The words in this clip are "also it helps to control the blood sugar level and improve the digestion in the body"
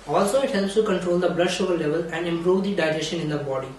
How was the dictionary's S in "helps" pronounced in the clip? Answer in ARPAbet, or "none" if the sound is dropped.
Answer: S